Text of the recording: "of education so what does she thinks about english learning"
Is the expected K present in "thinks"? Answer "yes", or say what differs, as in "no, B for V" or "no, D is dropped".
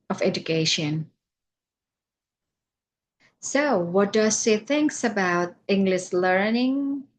yes